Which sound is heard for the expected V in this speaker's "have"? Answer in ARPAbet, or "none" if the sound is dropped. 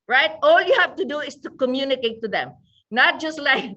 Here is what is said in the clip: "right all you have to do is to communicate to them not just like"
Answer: F